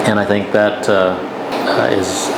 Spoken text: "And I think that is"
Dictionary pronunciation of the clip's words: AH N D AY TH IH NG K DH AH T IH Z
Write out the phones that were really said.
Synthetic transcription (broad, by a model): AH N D AY TH IH NG K DH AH T IH Z